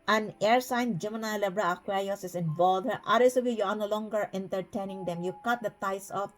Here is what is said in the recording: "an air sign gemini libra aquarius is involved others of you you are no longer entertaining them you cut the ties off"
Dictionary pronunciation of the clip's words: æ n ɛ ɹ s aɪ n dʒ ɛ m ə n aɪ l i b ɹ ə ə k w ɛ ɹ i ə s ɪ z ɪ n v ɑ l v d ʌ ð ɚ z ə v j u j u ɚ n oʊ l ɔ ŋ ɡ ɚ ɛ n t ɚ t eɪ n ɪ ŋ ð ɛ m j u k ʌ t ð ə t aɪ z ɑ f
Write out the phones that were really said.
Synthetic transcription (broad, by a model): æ n ɛ ɹ s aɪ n dʒ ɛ m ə n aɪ l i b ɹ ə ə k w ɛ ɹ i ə s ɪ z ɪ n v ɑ l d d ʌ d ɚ s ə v j u j u n oʊ l ɔ ŋ ɡ ɚ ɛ n t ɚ t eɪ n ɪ ŋ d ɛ m j u k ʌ t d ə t aɪ s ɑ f